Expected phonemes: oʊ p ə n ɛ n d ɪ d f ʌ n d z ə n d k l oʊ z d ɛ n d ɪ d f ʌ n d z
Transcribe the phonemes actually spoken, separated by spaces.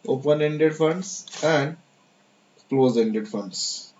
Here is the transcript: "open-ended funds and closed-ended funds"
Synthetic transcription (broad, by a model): oʊ p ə n ɛ n d ɪ d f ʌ n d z ə n d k l oʊ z ɛ n d ɪ d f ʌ n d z